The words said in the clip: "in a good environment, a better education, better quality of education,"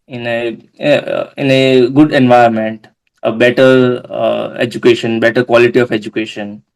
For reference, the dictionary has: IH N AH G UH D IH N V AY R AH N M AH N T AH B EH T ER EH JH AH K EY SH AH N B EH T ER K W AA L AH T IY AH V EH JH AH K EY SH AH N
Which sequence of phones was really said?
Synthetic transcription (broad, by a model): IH N AH G UH D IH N V AY AH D M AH N T AH B EH T ER EH JH AH K EY SH AH N B EH T ER K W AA L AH T IY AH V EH JH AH K EY SH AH N